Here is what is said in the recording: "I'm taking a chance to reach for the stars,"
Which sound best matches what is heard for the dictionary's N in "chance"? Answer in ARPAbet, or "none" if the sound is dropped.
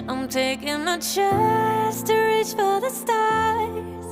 none